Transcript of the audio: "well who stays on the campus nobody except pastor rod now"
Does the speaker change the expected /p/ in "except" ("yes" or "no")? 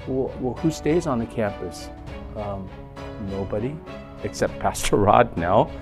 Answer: no